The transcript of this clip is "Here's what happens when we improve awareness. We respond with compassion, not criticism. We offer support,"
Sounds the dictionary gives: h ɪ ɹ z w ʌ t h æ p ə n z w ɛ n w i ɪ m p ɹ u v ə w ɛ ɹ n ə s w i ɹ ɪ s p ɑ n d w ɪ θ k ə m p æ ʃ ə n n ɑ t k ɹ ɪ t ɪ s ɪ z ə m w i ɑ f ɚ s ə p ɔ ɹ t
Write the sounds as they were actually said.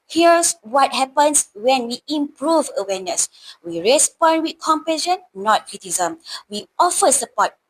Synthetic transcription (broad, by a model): h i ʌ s w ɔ t h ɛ p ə n s w ɛ n w i ɪ m p ɹ u v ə w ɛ n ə s w i ɹ ɪ s p ɑ n d w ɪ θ k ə m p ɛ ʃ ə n n ɑ t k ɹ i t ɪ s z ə m w i ɑ f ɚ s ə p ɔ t